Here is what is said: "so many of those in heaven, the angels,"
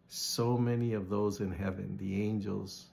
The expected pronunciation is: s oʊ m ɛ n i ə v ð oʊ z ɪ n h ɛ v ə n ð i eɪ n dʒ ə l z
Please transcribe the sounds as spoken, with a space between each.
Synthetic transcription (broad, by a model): s oʊ m ɛ n i ə v ð oʊ z ɪ n h ɛ v ə n ð i eɪ n dʒ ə l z